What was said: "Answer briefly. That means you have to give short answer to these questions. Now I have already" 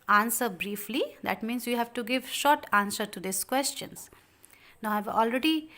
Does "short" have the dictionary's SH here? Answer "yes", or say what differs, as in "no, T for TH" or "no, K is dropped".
yes